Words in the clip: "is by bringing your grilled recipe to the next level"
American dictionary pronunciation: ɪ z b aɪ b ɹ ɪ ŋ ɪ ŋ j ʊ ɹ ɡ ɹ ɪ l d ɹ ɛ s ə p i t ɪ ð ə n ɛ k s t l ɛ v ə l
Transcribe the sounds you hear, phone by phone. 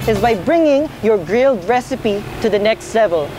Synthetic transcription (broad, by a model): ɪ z b aɪ b ɹ ɪ ŋ ɪ ŋ j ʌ ɹ ɡ ɹ ɪ l d ɹ ɛ s ə p i t ɪ ð ə n ɛ k s t l ɛ v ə l